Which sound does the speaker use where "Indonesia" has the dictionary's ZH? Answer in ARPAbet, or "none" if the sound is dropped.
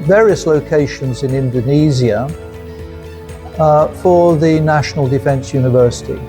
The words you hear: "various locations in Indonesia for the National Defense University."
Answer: Z